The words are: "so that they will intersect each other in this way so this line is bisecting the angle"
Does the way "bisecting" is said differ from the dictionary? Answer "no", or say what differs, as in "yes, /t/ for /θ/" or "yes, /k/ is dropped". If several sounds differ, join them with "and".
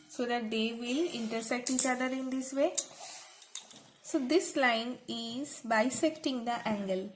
no